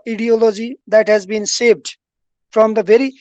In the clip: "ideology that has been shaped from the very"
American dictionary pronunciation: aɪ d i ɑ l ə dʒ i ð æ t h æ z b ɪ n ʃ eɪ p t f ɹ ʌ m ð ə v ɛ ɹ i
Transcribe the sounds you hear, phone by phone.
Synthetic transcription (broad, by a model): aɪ d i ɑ l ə dʒ i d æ t h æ z b ɪ n s eɪ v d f ɹ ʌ m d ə v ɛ ɹ i